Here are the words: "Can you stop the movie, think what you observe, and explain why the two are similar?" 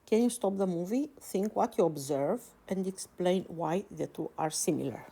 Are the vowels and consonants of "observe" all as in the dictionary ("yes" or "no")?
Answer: yes